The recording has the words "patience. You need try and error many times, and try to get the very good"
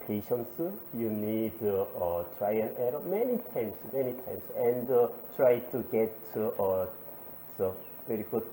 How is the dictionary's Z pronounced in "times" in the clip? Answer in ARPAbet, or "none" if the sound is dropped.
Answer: S